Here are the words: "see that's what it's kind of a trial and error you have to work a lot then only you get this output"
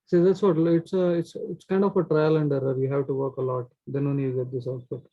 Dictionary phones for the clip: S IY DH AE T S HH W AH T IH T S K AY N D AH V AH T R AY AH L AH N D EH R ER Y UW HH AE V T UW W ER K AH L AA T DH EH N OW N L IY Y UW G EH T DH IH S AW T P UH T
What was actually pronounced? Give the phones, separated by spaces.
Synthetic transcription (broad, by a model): S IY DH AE T S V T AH T IH T S K AY N D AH F AH T R AY AH L AH N D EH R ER Y UW HH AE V T UW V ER K AH L AA T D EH N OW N IY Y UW G EH T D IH S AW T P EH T